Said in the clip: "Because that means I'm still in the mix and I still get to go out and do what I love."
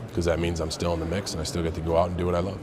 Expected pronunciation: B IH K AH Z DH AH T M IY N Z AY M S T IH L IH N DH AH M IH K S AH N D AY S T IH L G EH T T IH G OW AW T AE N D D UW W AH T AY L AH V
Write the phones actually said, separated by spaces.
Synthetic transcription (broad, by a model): K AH Z DH AH T M IY N Z AY M S T IH L IH N DH AH M IH K S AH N AY S T IH L G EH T T IH G OW AW T N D D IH W AH T AY L AH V